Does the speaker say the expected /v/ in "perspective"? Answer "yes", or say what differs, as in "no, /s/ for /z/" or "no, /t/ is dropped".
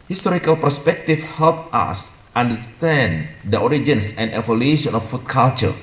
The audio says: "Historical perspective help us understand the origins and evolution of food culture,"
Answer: no, /f/ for /v/